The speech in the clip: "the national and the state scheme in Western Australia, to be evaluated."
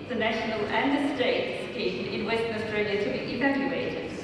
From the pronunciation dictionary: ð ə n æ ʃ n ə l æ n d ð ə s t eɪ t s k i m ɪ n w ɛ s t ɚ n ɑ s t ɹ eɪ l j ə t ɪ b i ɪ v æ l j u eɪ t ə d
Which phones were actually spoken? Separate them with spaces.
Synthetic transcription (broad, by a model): ð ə n æ ʃ n ə l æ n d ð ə s t eɪ t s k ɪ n ɪ n w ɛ s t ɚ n ɑ s t ɹ eɪ l j ə t ɪ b i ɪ v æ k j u eɪ t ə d